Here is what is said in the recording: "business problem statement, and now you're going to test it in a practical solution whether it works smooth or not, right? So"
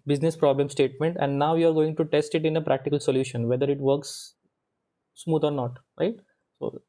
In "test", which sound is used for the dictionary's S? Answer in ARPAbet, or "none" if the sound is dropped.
S